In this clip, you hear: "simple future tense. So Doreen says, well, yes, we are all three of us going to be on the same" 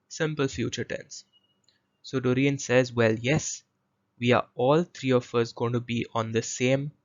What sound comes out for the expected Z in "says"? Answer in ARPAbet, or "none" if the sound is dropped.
Z